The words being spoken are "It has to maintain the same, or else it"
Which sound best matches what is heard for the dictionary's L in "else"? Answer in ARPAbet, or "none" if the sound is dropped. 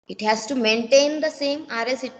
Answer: none